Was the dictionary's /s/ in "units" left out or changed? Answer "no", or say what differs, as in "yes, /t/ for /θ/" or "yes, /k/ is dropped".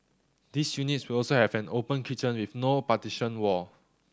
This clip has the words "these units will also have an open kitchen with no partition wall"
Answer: no